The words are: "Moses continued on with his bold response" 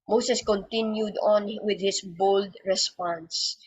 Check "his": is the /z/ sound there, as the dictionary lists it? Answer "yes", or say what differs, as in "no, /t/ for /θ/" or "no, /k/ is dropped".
no, /s/ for /z/